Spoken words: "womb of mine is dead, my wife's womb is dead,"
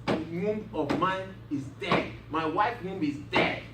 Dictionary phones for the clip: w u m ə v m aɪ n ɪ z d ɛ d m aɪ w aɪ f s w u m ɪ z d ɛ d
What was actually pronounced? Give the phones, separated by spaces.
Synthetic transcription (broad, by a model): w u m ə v m aɪ n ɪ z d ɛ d m aɪ w aɪ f w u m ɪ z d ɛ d